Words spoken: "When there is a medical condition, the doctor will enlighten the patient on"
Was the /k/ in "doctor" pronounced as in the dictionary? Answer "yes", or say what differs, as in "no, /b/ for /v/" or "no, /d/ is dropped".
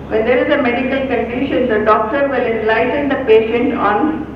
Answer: yes